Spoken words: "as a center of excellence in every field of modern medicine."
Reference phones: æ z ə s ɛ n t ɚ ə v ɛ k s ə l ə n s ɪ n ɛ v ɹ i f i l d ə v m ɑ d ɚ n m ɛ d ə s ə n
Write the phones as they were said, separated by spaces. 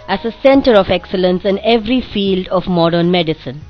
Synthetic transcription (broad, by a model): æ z ə s ɛ n t ɚ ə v ɛ k s ə l ə n s ɪ n ɛ v ɹ i f i l d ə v m ɑ d ɚ n m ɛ d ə s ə n